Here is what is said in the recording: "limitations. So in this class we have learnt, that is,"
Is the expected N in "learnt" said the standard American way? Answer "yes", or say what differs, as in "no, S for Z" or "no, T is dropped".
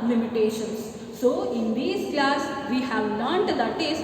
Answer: no, N is dropped